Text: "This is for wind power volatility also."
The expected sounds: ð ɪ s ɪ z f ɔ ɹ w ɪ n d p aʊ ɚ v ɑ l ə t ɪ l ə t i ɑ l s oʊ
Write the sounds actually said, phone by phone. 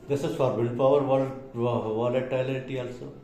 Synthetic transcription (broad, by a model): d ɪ s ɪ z f ɔ ɹ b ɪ l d p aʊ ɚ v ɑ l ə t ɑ l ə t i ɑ l s oʊ